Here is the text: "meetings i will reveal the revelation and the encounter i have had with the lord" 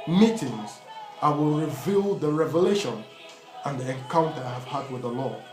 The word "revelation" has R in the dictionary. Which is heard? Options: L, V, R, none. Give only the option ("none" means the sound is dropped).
R